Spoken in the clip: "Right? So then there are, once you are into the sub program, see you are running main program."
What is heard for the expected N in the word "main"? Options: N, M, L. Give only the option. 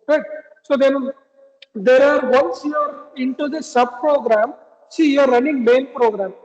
N